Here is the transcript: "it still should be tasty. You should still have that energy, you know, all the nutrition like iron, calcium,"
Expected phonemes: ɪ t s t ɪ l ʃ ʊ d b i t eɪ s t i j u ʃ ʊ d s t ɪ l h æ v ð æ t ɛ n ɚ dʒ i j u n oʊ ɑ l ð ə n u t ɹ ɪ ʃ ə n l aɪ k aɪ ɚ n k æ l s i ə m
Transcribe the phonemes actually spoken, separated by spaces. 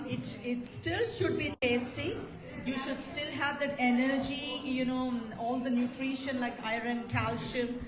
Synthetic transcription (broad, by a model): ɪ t s t ɪ l ʃ ʊ d b i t eɪ s t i j u ʃ ʊ d s t ɪ l h æ v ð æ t ɛ n ɚ dʒ i j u n oʊ ɑ l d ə n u t ɹ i ʃ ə n l aɪ k aɪ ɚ n k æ l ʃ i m